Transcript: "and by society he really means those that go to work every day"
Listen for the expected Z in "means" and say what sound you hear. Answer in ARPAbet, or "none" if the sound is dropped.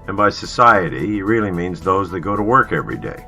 Z